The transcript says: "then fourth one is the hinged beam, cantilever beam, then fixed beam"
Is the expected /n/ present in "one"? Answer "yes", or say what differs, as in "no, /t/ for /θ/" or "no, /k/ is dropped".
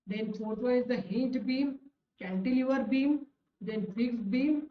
no, /n/ is dropped